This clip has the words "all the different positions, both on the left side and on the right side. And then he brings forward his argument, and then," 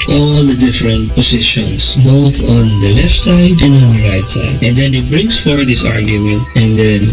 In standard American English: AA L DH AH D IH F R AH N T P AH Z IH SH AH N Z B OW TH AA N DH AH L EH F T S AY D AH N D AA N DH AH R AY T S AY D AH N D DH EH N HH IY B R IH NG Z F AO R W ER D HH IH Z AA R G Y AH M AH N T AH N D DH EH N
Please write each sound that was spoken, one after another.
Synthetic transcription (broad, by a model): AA L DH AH D IH F R AH N T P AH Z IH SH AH N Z B OW TH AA N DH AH L EH F T S AY D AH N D AA N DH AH R AY T S AY D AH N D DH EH N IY B R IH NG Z F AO R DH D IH S AA R G Y AH M AH N T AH N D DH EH N